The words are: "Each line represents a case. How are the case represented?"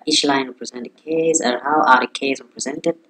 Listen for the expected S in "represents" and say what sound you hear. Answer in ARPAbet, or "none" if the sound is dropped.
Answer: none